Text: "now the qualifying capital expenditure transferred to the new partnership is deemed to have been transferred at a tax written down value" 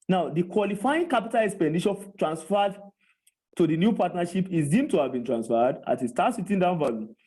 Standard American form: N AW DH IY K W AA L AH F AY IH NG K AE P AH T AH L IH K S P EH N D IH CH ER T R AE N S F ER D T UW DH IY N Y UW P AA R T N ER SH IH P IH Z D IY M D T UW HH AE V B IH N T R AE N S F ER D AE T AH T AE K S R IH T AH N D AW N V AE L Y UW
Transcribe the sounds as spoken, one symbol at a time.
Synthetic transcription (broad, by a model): N AW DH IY K W AA L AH F AY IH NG K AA P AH T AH L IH K S P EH N D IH SH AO T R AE N S F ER D T UW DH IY N Y UW P AA T N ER SH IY P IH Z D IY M T UW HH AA V B IH N T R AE N S F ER D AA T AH T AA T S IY T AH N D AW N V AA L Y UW